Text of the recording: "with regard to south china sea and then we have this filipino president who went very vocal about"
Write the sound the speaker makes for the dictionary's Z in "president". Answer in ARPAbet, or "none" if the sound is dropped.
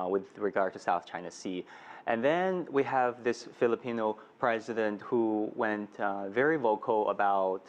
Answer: Z